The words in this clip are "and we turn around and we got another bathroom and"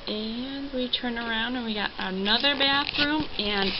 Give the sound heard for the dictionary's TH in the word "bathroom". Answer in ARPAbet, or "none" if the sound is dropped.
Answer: TH